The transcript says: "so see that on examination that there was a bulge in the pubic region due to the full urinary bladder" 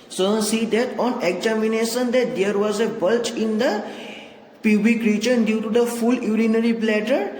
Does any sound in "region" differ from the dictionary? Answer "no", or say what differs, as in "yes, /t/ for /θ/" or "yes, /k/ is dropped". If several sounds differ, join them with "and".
yes, /tʃ/ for /dʒ/